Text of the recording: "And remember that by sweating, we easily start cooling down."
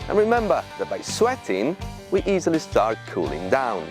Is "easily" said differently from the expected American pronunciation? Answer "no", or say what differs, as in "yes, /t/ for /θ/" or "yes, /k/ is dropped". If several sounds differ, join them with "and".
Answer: no